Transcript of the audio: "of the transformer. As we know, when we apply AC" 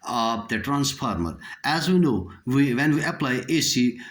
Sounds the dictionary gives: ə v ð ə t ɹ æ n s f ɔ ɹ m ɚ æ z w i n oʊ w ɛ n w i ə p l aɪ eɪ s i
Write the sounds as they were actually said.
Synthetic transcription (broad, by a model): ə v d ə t ɹ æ n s p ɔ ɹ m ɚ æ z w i n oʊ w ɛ n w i ə p l aɪ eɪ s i